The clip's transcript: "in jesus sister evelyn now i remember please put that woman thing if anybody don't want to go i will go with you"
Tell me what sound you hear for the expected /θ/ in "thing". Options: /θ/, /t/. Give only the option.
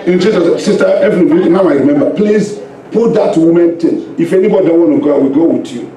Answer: /t/